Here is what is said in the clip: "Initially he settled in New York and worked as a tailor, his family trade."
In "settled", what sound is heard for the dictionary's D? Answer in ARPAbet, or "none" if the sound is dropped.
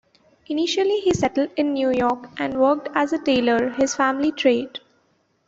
D